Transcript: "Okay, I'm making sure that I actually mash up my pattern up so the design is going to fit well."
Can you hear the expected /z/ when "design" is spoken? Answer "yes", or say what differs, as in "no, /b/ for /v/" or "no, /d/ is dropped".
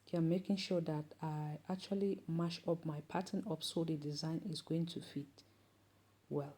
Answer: yes